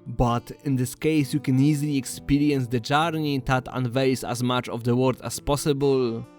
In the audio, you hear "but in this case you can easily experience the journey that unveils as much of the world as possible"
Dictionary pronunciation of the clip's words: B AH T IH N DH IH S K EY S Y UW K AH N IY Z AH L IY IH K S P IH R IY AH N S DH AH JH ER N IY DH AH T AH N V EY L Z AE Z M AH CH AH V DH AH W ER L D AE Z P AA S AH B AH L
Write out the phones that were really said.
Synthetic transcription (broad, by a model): B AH T IH N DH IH S K EY S Y UW K AH N IY Z AH L IY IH K S P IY R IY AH N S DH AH JH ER N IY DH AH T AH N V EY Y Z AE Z M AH CH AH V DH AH W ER D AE S P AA S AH B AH L